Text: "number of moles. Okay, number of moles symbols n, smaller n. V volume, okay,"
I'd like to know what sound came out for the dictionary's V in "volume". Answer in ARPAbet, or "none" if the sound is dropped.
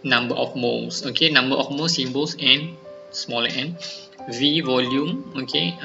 V